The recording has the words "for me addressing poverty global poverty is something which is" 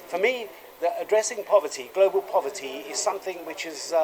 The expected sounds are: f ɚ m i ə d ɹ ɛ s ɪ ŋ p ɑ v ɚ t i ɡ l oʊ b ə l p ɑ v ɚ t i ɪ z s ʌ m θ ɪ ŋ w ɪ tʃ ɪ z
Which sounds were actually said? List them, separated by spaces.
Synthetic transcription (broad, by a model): f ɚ m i ə d ɹ ɛ s ɪ ŋ p ɑ v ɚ t i ɡ l oʊ b ə l p ɑ v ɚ t i ɪ z s ʌ m θ ɪ ŋ w ɪ tʃ ɪ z